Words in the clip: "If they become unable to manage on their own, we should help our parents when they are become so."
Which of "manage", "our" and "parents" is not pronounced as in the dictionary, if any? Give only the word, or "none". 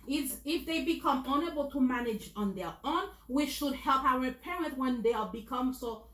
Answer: parents